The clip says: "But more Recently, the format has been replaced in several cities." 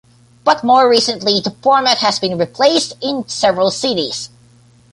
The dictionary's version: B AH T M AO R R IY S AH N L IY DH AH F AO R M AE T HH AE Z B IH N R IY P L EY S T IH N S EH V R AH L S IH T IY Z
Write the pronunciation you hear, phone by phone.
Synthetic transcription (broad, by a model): B AH T M AO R R IY S AH N L IY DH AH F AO R M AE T HH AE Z B IH N R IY P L EY S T IH N S EH V R AH L S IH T IY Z